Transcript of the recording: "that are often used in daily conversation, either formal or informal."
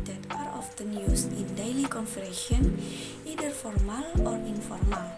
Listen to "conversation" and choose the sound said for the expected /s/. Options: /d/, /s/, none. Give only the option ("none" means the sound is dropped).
none